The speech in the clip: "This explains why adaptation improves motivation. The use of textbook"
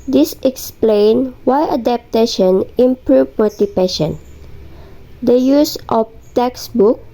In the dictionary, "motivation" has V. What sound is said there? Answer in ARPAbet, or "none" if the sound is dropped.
P